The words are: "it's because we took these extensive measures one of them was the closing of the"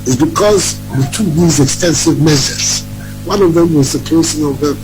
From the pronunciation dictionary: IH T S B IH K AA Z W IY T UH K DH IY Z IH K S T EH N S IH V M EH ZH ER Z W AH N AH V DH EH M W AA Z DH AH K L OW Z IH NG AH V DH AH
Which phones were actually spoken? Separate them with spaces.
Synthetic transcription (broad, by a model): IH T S B IH K AA Z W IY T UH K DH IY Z IH K S T EH N S IH V M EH S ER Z W AH N AH V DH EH M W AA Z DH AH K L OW S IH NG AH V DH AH